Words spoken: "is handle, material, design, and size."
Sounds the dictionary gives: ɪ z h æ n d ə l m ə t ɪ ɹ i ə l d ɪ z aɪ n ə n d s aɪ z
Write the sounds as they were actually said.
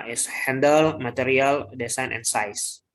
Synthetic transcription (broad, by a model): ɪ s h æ n d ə l m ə t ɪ ɹ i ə l d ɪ s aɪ n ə n s aɪ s